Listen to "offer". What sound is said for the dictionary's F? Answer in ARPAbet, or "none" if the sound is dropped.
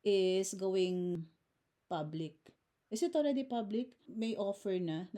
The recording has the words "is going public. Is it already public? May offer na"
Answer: F